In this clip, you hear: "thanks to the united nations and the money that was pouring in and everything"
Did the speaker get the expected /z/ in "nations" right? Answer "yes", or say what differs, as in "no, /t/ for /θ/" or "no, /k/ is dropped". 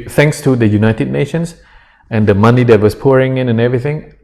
no, /s/ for /z/